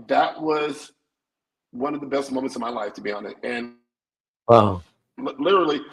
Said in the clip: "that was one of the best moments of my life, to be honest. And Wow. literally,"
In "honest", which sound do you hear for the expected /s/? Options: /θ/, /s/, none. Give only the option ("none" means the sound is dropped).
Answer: none